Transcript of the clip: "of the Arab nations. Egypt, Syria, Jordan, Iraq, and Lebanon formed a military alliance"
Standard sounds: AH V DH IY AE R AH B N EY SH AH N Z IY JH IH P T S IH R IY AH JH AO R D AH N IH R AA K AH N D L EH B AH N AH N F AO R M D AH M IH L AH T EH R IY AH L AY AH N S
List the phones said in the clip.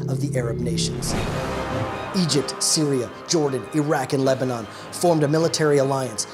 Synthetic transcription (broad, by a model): AH V DH IY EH R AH B N EY SH AH N Z IY JH IH P T S IH R IY AH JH AO R D N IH R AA K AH N L EH B AH N AH N F AO R M D AH M IH L AH T EH R IY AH L AY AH N S